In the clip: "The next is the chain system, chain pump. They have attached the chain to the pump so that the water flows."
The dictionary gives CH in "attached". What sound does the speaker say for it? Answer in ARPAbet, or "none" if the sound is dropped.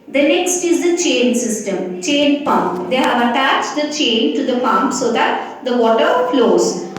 CH